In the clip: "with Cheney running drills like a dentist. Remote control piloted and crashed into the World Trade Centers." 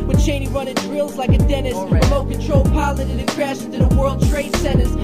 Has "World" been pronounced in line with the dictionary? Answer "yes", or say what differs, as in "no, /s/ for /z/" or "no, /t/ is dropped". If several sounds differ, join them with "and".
yes